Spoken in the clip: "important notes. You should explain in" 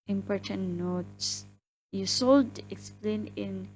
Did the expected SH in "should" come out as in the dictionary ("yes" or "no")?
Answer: no